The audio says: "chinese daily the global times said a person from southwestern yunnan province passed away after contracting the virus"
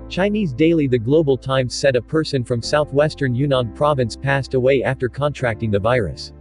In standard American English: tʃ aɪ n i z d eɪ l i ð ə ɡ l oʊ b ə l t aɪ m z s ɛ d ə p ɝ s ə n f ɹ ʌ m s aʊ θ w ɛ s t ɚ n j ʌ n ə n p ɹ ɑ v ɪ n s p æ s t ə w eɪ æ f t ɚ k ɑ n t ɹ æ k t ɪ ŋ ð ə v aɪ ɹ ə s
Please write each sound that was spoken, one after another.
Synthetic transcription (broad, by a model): tʃ aɪ n i z d eɪ l i ð ə ɡ l oʊ b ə l t aɪ m z s ɛ d ə p ɝ s ə n f ɹ ʌ m s aʊ θ w ɛ s t ɚ n j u n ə n p ɹ ɑ v ɪ n s p æ s t ə w eɪ æ f t ɚ k ɑ n t ɹ æ k t ɪ ŋ ð ə v aɪ ɹ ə s